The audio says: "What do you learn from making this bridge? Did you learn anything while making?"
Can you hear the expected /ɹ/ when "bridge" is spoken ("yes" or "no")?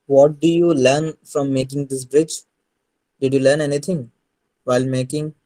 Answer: yes